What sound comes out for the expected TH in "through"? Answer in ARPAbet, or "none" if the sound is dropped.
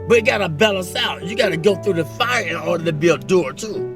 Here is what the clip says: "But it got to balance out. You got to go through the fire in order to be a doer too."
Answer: TH